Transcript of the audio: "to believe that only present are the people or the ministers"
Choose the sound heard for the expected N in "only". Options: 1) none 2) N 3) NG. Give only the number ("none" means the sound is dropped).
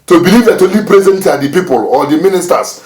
1